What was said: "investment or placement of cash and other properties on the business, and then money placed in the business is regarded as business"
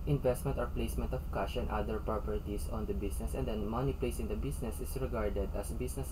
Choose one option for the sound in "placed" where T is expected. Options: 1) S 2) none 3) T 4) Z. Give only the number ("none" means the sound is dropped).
2